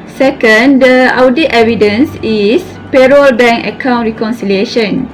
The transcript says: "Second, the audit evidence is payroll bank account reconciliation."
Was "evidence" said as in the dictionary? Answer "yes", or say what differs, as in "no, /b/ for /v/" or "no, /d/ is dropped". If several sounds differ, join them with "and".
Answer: yes